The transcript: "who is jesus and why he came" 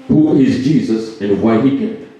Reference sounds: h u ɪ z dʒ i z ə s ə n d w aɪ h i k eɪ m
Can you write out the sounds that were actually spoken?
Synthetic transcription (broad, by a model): h u ɪ z dʒ i z ə s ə n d w aɪ h i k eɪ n